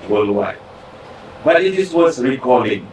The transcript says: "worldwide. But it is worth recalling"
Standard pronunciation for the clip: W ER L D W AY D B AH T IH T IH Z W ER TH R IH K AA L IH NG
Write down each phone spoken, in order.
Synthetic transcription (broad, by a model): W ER L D W AY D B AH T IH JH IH S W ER S R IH K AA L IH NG